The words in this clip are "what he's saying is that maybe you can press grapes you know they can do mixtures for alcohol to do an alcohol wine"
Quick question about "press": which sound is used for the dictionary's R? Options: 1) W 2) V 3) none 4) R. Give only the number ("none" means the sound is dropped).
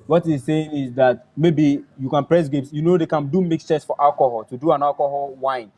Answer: 4